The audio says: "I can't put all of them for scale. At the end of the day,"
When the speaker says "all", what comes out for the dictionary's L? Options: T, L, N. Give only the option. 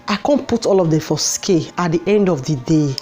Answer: L